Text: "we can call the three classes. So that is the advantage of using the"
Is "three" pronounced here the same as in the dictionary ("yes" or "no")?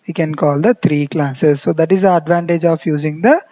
no